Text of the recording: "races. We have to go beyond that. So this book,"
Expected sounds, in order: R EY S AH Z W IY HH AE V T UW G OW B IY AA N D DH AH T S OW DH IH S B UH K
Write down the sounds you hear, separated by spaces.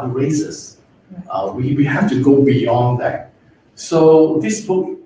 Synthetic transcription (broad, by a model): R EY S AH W W IY HH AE F T UW G OW B IY AA N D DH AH T S OW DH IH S B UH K